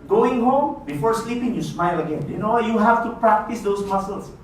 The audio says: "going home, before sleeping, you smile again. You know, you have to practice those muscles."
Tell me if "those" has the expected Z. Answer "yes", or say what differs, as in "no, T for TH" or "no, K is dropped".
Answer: no, S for Z